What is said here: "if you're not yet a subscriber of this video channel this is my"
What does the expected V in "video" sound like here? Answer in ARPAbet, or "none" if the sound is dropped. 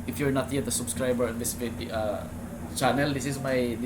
F